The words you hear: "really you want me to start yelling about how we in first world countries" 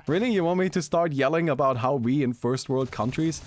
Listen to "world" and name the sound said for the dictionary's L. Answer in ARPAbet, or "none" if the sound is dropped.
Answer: L